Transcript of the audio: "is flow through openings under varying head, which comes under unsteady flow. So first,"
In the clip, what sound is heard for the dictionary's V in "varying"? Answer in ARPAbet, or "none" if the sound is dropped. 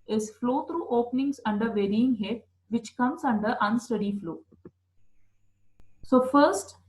V